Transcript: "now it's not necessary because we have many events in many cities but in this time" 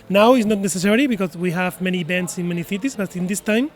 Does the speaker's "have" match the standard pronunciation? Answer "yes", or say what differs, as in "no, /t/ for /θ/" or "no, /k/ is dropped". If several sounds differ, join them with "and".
yes